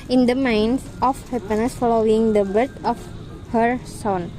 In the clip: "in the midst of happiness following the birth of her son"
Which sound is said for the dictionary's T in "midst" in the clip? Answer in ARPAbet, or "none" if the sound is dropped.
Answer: none